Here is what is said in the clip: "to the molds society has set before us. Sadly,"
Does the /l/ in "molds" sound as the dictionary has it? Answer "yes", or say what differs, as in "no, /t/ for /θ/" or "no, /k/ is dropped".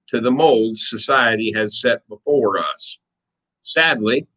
yes